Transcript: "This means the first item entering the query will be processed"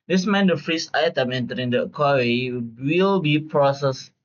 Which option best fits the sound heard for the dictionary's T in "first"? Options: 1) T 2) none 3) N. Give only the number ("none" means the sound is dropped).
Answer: 2